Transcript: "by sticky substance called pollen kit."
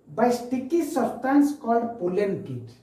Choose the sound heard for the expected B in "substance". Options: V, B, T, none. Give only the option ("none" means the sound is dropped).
none